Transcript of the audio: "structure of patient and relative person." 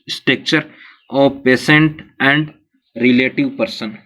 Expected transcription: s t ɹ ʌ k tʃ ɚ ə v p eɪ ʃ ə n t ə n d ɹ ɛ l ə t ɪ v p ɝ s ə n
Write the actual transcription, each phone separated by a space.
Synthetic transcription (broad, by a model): s t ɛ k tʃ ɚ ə p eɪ s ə n t ə n d ɹ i l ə t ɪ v p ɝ s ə n